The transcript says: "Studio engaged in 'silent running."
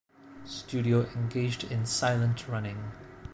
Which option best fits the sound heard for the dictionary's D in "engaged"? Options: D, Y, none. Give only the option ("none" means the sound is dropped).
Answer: D